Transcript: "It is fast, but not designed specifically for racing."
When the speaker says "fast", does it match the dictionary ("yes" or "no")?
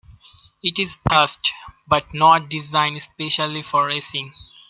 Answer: no